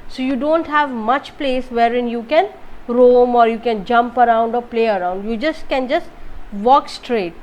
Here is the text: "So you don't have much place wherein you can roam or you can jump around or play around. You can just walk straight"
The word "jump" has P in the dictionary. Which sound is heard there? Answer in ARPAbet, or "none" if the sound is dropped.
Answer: P